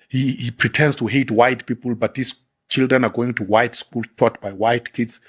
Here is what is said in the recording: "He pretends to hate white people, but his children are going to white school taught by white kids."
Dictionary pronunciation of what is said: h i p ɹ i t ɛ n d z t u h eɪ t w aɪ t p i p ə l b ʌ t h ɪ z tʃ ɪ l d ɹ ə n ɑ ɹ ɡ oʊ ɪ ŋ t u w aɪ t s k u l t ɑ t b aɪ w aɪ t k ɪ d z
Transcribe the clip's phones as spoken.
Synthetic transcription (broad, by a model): h i p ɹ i t ɛ n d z t u h eɪ t w aɪ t p i p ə l b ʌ t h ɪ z tʃ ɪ l d ɹ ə n ɑ ɹ ɡ oʊ ɪ ŋ t u w aɪ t s k u l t ɑ t b aɪ w aɪ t k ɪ d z